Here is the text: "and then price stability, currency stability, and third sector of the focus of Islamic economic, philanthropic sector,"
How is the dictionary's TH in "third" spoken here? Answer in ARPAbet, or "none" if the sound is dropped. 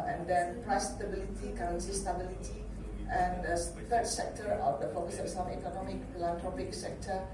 F